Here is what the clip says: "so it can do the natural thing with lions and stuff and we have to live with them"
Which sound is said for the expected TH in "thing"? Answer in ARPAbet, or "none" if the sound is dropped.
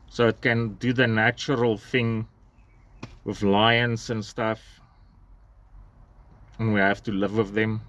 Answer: TH